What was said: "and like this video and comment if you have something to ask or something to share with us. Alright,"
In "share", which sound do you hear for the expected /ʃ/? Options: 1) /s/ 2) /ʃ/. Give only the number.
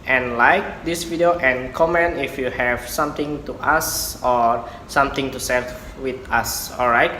1